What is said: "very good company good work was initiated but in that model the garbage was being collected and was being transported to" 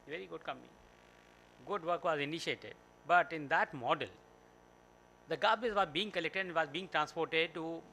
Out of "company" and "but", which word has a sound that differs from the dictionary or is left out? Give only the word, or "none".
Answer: company